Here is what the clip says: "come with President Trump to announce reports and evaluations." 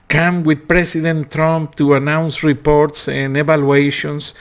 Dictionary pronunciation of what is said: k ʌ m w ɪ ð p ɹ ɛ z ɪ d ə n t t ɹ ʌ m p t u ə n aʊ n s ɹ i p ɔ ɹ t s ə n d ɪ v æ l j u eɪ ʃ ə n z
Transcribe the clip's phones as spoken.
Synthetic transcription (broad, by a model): k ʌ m w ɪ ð p ɹ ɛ s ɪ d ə n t t ɹ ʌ m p t u ə n aʊ n s ɹ i p ɔ ɹ t s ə n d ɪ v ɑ l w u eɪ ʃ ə n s